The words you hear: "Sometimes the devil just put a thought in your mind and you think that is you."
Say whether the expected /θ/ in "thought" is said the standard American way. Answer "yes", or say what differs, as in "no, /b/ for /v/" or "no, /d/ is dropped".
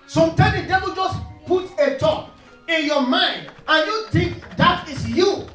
no, /t/ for /θ/